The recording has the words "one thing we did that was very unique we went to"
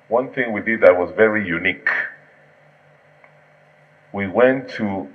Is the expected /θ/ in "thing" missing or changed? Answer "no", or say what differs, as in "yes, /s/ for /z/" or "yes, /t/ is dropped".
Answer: no